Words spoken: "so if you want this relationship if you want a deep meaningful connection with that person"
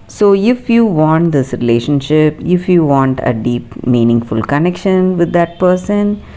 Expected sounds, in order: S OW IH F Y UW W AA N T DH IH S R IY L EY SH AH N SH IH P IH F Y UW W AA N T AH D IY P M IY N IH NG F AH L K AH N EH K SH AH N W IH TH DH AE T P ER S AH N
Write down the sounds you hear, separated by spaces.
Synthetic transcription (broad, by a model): S OW IH F Y UW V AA N T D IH S R IY L EY SH AH N SH IH P IH F Y UW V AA N T AH D IY P M IY N IH NG F AH L K AH N EH K SH AH N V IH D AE T P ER S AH N